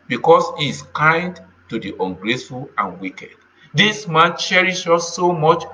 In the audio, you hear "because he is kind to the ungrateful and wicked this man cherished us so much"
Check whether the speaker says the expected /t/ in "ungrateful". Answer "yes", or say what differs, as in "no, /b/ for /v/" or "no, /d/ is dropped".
no, /s/ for /t/